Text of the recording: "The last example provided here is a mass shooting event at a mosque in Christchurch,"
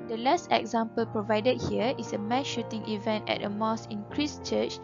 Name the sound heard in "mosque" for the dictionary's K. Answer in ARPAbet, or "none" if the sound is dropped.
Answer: none